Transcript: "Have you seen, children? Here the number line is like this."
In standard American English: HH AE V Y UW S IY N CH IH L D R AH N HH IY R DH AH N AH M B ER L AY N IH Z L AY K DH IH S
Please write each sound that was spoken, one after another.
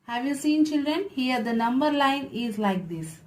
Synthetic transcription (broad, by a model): HH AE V Y UW S IY N CH IH L D R AH N HH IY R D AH N AH M B ER L AY N IH Z L AY K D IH S